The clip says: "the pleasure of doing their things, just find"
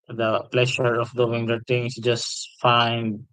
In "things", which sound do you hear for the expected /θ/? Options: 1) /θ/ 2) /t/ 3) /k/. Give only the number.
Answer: 2